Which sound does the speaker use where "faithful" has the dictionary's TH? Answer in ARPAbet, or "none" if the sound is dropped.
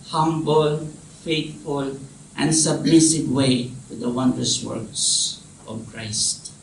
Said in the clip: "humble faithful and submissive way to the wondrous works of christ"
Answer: T